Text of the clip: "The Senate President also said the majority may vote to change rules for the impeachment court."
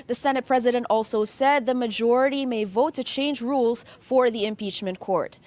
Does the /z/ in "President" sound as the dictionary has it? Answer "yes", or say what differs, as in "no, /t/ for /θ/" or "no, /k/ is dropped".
yes